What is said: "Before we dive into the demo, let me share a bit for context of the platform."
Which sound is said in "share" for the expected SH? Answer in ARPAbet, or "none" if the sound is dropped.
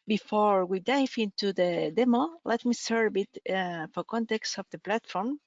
S